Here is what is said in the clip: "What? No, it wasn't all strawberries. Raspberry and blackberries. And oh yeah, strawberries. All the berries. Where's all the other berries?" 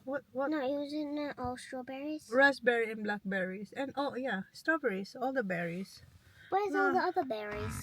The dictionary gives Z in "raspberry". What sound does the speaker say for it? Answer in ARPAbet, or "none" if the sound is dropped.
S